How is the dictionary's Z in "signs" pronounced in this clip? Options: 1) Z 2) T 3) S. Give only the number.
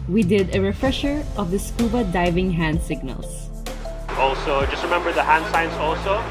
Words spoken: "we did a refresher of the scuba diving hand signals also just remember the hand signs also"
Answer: 3